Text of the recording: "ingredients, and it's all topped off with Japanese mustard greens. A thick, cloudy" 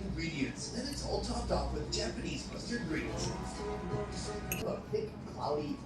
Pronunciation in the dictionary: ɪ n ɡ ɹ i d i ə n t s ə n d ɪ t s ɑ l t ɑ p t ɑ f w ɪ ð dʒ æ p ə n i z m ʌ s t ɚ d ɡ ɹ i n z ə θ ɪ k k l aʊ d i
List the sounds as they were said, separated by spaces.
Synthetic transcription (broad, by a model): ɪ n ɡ ɹ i d i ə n t s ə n ɪ t s ɑ l t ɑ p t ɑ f w ɪ ð dʒ æ p ə n i z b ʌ s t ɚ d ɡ ɹ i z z ə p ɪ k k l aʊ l i